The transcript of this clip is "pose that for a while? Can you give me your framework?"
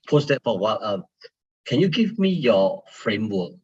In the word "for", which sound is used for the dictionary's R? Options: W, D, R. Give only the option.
W